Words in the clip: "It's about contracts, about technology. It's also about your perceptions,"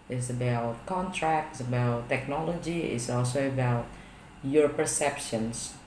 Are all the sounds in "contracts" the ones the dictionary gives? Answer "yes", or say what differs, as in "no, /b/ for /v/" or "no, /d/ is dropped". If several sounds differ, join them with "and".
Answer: yes